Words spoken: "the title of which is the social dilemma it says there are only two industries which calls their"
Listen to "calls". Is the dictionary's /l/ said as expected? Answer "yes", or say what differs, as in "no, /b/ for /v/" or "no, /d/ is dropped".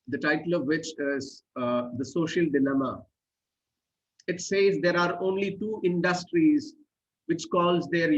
yes